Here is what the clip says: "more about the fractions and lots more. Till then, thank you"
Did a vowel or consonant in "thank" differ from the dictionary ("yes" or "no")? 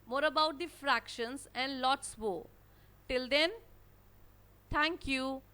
yes